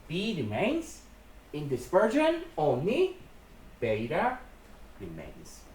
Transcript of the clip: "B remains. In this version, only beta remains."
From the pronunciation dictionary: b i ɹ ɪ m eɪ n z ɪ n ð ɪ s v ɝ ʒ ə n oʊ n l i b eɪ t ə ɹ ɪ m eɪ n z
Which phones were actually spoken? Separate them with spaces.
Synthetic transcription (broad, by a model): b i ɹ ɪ m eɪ n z ɪ n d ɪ s p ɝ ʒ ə n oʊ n i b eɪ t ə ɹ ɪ m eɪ n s